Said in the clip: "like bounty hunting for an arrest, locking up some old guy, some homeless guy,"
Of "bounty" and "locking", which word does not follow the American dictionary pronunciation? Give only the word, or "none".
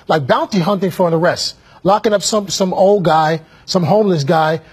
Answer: none